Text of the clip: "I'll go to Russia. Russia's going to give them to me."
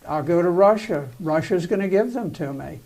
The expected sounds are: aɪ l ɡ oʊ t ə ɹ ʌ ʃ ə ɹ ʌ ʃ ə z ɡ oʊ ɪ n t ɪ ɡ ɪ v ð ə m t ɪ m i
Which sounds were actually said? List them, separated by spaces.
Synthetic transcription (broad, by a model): aɪ l ɡ oʊ t ə ɹ ʌ ʃ ə ɹ ʌ ʃ ə z ɡ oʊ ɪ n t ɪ ɡ ɪ v ð ə m t ɪ m i